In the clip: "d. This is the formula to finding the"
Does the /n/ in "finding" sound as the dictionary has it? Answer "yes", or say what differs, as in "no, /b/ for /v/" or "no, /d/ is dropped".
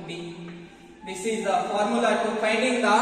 no, /n/ is dropped